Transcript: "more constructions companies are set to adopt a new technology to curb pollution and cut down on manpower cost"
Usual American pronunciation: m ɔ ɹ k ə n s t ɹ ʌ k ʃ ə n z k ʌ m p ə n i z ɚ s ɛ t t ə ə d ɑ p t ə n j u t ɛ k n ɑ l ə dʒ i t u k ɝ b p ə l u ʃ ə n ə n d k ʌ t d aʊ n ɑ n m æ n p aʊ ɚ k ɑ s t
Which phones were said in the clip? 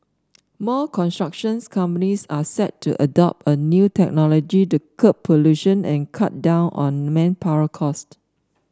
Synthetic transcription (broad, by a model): m ɔ k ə n s t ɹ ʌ k ʃ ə n s k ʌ m p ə n i s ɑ s ɛ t t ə ə d ɑ p t ə n j u t ɛ k n ɑ l ə dʒ i t u k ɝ p ə l u ʃ ə n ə n k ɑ t d aʊ n ɑ n m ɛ n p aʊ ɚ k ɑ s t